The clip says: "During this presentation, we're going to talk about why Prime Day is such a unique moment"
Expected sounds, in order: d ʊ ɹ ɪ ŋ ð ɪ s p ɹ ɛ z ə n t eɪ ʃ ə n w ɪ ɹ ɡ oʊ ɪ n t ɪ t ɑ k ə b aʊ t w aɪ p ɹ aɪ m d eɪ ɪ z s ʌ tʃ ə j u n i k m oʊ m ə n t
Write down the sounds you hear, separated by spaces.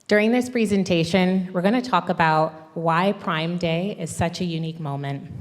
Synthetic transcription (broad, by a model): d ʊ ɹ ɪ ŋ ð ɪ s p ɹ ɛ z ə n t eɪ ʃ ə n w ɪ ɹ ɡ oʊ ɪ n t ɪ t ɑ k ə b aʊ t w aɪ p ɹ aɪ m d eɪ ɪ z s ʌ tʃ ə j u n i k m oʊ m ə n t